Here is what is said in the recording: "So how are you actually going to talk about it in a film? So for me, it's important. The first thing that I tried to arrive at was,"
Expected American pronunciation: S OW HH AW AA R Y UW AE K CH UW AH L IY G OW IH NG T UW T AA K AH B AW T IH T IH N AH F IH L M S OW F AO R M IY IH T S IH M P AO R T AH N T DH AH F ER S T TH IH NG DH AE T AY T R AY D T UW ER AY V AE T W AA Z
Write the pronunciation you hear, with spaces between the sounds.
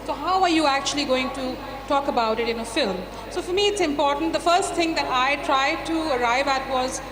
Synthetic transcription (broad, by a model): S OW HH AW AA R Y UW AE K CH UW AH L IY G OW IH NG T UW T AA K AH B AW T IH T IH N AH F IH L M S OW F AO R M IY IH T S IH M P AO R T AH N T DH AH F ER S T T IH NG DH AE T AY T R AY D T UW ER AY V AE T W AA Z